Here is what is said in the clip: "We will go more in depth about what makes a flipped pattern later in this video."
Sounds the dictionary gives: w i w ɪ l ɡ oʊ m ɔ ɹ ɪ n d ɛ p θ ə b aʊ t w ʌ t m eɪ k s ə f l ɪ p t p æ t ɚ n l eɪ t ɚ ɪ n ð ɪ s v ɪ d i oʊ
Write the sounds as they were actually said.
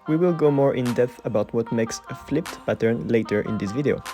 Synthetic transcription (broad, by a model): w i w ɪ l ɡ oʊ m ɔ ɹ ɪ n d ɛ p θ ə b aʊ t w ʌ t m eɪ k s ə f l ɪ p t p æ t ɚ n l eɪ t ɚ ɪ n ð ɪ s v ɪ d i oʊ